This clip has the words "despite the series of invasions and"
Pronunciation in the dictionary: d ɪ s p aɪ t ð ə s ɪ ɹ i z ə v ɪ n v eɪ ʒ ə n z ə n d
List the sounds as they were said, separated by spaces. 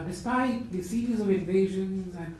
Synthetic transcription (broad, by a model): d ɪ s p aɪ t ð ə s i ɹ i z ə v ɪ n v eɪ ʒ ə n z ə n